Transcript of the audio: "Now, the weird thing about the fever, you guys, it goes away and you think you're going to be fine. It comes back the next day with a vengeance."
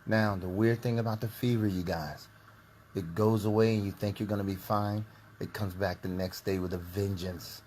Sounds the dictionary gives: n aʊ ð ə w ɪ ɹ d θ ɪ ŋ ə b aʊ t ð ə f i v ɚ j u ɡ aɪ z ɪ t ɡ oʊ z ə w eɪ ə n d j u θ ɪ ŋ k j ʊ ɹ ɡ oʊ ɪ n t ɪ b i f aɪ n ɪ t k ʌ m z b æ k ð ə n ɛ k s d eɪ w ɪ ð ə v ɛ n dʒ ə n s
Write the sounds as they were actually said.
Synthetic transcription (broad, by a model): n aʊ ð ə w ɪ ɹ d θ ɪ ŋ ə b aʊ t ð ə f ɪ v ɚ j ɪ ɡ aɪ z ɪ t ɡ oʊ z ə w eɪ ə n j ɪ θ ɪ ŋ k j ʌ ɹ ɡ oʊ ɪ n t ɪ b i f aɪ n ɪ t k ʌ m z b æ k ð ə n ɛ k s d eɪ w ɪ ð ə v ɛ n dʒ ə n s